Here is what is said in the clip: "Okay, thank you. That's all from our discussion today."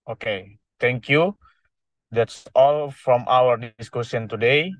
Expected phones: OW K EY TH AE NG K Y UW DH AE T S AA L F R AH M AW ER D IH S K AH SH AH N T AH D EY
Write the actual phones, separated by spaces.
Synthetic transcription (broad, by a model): OW K EY T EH NG K Y UW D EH T S AA L F R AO M AW ER D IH S K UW S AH N T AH D EY